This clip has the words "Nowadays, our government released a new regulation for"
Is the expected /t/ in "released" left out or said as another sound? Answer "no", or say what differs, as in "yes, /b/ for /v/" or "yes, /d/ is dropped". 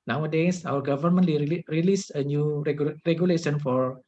yes, /t/ is dropped